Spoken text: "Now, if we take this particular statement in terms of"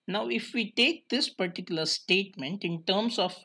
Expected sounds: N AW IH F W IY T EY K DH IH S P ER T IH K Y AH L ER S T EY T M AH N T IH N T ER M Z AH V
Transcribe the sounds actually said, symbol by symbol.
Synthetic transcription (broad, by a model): N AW IH F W IY T EY K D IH S P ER T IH K Y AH L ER S T EY T M AH N T IH N T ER M S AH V